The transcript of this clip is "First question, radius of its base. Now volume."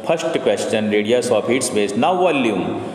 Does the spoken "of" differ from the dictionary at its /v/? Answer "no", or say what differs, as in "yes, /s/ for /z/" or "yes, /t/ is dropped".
yes, /p/ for /v/